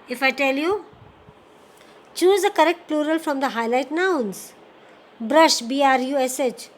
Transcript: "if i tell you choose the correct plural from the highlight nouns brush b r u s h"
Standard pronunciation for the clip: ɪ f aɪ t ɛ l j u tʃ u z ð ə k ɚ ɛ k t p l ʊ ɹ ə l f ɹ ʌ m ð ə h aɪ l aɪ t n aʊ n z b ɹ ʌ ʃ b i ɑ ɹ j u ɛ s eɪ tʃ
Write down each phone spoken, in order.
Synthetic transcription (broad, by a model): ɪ f aɪ t ɛ l j u tʃ u z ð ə k ɚ ɛ k t p l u ɹ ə l f ɹ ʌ m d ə h aɪ l aɪ t n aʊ n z b ɹ ʌ ʃ b i ɑ ɹ j u ɛ s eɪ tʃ